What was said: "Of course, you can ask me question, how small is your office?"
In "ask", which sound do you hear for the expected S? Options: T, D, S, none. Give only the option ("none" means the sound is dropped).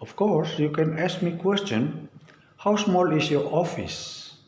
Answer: S